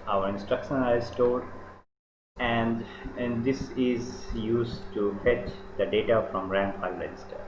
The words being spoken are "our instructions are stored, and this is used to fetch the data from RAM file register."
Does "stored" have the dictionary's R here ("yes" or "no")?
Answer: no